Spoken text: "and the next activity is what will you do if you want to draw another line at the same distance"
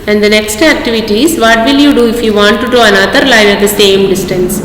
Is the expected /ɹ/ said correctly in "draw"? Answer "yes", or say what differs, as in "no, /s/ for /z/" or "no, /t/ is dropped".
no, /ɹ/ is dropped